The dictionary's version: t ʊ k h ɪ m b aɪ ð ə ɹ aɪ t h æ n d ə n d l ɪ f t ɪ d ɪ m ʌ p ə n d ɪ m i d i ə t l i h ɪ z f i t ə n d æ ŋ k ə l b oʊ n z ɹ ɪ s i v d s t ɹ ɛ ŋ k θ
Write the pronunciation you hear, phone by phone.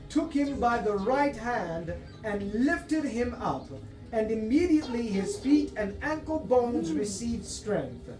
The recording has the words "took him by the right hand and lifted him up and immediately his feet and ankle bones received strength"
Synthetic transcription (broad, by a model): t ʊ k h ɪ m b aɪ ð ə ɹ aɪ t h æ n d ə n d l ɪ f t ɪ d ɪ m ʌ p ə n ɪ m i d i ə t l i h ɪ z f i t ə n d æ ŋ k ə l b oʊ n z ɹ ɪ s i v d s t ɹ ɛ ŋ k θ